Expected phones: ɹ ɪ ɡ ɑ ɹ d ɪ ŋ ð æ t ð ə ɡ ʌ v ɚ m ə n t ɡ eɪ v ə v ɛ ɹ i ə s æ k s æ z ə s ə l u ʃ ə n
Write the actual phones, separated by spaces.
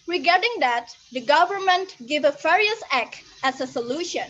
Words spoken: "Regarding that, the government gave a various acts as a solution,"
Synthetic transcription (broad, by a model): ɹ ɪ ɡ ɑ ɹ d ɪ ŋ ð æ t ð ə ɡ ʌ v ɚ m ə n t ɡ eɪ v ə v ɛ ɹ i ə s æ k æ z ə s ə l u ʃ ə n